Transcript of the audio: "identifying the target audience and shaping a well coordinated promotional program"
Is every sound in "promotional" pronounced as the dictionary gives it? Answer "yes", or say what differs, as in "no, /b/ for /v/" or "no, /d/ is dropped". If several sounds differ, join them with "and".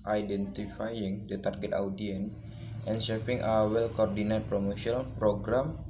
no, /n/ is dropped